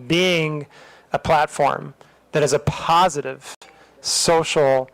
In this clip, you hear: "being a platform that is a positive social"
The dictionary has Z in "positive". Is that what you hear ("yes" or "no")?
yes